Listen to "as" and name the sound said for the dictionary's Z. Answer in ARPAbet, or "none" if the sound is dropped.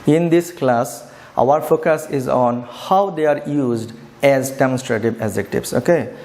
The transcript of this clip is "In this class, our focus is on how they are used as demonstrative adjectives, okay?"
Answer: Z